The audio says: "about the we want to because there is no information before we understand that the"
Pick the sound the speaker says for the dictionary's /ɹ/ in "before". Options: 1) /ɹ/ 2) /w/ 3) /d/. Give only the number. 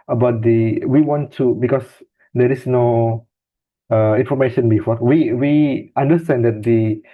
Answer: 2